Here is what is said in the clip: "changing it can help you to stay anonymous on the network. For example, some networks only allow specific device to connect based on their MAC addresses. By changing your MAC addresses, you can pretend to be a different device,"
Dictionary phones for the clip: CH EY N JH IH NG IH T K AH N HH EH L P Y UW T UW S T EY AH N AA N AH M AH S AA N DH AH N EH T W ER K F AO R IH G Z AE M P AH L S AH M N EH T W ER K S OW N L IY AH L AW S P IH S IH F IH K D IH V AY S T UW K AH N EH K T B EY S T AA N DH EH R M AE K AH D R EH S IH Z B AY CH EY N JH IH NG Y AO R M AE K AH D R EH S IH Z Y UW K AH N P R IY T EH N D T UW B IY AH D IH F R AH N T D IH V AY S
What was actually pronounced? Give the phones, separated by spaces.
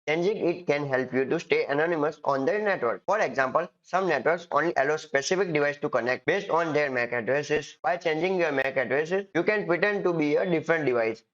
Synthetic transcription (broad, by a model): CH EY N JH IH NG IH T K AH N HH EH L P Y UW T UW S T EY AH N AA N AH M AH S AA N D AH N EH T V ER K F AO R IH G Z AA M P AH L S AH M N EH T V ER K S OW N L IY AH L AW S P IH S IH F IH K D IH V AY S T UW K AH N EH K T B EY S T AA N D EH R M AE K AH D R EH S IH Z B AY CH EY N JH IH NG Y AO R M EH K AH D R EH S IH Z Y UW K AH N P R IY T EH N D T UW B IY AH D IH F R AH N T D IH V AY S